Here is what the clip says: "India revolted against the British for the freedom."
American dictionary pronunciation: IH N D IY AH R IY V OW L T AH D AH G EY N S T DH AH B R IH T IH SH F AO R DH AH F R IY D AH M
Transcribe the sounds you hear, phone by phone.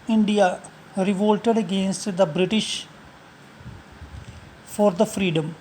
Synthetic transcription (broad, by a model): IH N D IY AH R IY V OW L T AH D AH G EY N S T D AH B R IH T IH SH F AO R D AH F R IY D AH M